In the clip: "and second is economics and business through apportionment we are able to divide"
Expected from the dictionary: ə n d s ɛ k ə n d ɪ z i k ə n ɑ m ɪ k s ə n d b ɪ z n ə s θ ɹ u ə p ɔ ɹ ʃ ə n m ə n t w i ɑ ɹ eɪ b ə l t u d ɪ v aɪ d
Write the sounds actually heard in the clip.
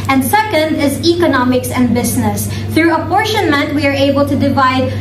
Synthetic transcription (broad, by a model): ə n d s ɛ k ə n d ɪ z i k ə n ɑ m ɪ k s ə n d b ɪ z n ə s θ ɹ u ə p ɔ ɹ ʃ ə n m ə n t w i ɑ ɹ eɪ b ə l t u d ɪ v aɪ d